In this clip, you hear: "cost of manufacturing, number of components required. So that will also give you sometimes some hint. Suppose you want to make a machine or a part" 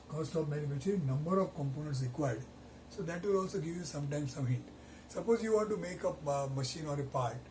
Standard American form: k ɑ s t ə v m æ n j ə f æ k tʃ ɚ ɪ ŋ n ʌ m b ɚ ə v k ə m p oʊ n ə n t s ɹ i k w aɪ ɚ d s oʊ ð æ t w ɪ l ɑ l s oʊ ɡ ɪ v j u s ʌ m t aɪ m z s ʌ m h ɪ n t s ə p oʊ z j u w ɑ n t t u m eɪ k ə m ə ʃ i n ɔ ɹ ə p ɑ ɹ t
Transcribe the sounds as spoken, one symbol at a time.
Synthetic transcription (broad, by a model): k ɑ s t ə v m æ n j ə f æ tʃ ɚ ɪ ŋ n ʌ m b ɚ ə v k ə m p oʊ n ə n t s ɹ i k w aɪ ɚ d s oʊ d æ t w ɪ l ɑ l s oʊ ɡ ɪ v j u s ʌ m t aɪ m s ʌ m h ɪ t s ə p oʊ z j u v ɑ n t t u m eɪ k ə m ə ʃ i n ɔ ɹ ə p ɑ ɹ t